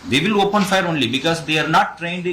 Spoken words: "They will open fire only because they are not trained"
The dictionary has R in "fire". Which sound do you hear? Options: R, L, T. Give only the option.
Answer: R